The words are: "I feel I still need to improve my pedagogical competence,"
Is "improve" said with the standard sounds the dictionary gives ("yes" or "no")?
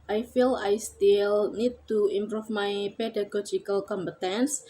no